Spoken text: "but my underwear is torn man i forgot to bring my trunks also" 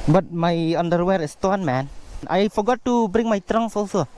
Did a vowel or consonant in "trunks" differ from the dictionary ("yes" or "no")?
yes